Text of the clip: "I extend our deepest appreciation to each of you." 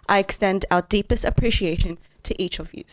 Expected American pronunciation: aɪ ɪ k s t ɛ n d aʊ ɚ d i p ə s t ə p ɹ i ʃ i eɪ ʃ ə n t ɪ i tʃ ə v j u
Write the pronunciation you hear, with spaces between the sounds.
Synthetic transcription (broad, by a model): aɪ ɪ k s t ɛ n d aʊ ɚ d i p ə s t ə p ɹ i ʃ i eɪ ʃ ə n t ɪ i tʃ ə v j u